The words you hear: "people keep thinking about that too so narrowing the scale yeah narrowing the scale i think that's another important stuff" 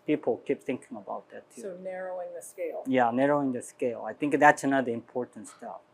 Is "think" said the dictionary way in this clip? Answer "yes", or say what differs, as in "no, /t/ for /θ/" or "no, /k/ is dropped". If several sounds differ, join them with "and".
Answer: yes